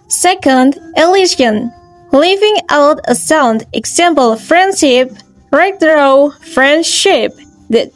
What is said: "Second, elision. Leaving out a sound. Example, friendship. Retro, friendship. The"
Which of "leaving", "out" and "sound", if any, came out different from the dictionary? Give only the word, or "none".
none